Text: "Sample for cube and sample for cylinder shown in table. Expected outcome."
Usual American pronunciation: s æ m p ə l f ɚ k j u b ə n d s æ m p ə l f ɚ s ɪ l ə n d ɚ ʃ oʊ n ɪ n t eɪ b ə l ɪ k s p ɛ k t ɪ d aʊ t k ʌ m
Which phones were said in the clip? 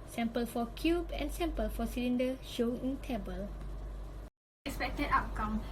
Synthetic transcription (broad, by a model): s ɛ m p ə l f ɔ k j u b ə n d s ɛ m p ə l f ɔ s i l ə n d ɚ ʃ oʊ ɪ n t eɪ b ə l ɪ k s p ɛ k t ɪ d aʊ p k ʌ m